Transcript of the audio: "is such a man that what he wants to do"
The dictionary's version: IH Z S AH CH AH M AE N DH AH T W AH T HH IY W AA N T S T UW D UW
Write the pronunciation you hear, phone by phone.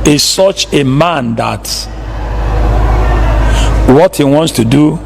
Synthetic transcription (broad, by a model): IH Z S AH CH AH M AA N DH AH T W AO T HH IY W AA N T S T UW D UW